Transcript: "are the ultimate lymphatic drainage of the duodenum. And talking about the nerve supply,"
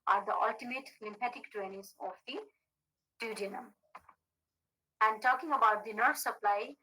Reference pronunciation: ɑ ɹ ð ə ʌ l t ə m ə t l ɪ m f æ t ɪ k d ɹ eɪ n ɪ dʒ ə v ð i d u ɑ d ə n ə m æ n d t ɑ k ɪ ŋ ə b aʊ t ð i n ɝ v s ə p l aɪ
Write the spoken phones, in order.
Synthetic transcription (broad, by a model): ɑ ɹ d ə ʌ l t ə m ə t l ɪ m p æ t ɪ k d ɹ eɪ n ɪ z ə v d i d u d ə n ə m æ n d t ɑ k ɪ ŋ ə b aʊ t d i n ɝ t s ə p l aɪ